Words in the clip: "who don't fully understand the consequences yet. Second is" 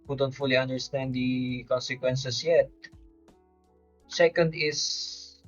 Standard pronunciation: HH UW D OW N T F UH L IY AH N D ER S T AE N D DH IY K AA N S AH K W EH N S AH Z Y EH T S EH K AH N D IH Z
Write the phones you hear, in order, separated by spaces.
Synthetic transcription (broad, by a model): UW D OW N T F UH L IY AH N D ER S T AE N D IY K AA N S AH K W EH N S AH S Y EH T S EH K AH N D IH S